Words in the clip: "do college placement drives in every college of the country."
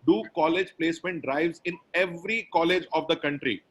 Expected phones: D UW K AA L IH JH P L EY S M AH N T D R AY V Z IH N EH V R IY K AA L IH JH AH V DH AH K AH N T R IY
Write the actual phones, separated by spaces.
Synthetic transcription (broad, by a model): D UW K AA L IH JH P L EY S M AH N T D R AY V Z IH N EH V R IY K AA L IH JH AH V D AH K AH N T R IY